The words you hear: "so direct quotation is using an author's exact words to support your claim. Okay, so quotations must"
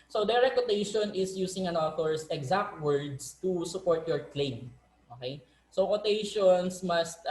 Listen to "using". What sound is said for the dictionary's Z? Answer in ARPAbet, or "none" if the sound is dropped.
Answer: S